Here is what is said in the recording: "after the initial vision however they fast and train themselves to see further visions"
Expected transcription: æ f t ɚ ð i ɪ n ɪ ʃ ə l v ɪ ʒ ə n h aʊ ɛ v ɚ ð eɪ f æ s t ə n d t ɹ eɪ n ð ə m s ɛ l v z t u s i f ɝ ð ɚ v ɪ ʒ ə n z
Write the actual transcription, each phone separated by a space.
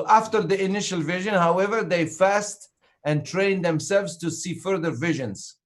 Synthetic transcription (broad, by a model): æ f t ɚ ð i ɪ n ɪ ʃ ə l v ɪ ʒ ə n h aʊ ɛ v ɚ ð eɪ f æ s t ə n t ɹ eɪ n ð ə m s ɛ l v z t u s i f ɝ ð ɚ v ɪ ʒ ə n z